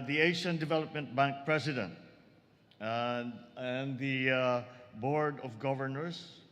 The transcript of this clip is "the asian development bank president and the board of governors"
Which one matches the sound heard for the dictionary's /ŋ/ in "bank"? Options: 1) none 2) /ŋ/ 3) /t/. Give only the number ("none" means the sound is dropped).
2